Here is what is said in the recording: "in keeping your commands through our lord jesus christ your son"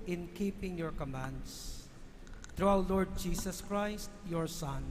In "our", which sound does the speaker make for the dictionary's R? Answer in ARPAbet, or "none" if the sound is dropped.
W